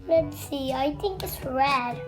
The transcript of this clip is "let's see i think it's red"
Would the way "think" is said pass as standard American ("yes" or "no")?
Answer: yes